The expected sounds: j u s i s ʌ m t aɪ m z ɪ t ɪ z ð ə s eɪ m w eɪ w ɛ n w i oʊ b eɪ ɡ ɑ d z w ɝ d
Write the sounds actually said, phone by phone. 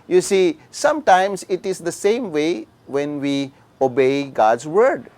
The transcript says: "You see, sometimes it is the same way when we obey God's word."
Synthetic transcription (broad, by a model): j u s i s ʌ m t aɪ m s ɪ t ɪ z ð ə s eɪ m w eɪ w ɛ n w i oʊ b eɪ ɡ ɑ d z w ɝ d